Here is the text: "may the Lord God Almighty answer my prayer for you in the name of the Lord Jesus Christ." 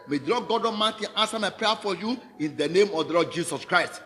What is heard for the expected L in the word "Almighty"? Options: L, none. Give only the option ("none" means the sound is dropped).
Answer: none